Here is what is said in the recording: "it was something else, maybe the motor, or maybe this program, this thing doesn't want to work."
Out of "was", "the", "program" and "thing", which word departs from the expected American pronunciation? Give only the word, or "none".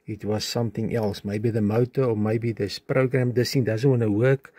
thing